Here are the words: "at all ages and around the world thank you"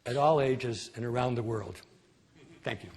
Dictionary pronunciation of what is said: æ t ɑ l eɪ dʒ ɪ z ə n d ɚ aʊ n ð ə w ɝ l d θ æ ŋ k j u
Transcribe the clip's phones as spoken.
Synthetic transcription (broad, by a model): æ t ɑ l eɪ dʒ ɪ z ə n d ɚ aʊ n ð ə w ɝ l d θ æ ŋ k j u